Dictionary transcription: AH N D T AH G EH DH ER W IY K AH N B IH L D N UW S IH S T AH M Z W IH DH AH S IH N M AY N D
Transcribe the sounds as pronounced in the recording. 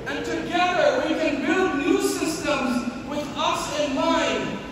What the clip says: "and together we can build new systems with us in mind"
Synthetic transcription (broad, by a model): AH N T AH G EH DH ER W IY K AH N B IH L D N UW S IH S T AH M Z W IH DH AH S IH N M AY N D